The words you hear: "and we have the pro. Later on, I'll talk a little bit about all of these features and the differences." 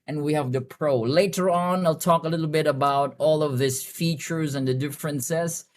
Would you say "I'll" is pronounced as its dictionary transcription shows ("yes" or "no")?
yes